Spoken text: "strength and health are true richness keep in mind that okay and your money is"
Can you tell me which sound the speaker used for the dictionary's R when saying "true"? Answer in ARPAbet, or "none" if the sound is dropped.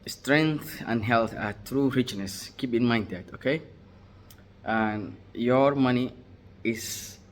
R